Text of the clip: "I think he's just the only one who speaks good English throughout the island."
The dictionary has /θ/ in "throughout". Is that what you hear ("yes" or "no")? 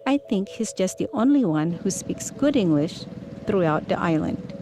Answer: yes